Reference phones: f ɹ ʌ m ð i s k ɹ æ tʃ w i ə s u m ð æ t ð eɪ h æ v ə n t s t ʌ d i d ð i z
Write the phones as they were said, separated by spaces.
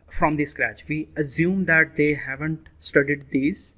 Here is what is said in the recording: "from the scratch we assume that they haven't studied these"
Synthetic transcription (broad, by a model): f ɹ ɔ m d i s k ɹ æ tʃ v i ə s u m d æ t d eɪ h æ v ə n t s t ʌ d i d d i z